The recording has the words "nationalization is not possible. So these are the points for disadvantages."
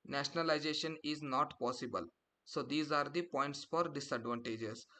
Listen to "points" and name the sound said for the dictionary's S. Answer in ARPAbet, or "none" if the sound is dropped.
S